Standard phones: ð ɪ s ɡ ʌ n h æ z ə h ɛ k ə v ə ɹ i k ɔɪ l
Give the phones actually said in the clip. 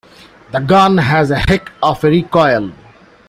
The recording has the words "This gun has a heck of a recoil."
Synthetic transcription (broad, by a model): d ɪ ɡ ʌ n h æ z ə h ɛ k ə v ə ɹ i k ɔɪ l